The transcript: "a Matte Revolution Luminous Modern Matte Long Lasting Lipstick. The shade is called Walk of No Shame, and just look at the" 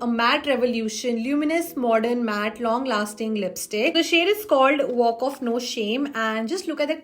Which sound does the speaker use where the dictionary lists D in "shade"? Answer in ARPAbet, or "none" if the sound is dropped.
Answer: D